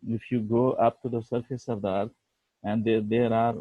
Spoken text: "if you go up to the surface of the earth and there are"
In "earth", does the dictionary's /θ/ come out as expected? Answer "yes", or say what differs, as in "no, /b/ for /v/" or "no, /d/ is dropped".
no, /t/ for /θ/